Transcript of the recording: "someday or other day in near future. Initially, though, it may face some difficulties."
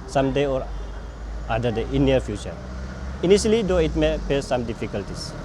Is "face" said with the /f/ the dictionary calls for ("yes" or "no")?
no